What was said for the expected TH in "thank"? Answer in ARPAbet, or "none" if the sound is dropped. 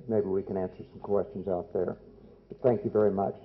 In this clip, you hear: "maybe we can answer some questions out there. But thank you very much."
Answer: TH